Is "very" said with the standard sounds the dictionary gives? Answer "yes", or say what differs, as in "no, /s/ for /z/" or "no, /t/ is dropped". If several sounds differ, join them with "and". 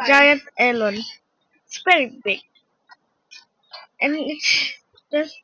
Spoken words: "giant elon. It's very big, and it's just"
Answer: no, /p/ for /v/